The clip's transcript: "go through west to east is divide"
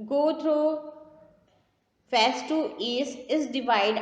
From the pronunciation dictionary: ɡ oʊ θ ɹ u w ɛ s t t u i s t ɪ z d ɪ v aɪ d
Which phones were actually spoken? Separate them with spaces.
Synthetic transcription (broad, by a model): ɡ oʊ t ɹ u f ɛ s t t u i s ɪ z d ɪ v aɪ d